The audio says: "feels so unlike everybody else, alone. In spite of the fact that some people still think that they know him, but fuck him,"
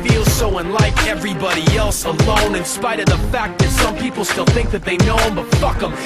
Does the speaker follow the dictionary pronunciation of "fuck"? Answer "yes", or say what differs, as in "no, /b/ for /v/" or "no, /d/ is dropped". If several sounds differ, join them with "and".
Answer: yes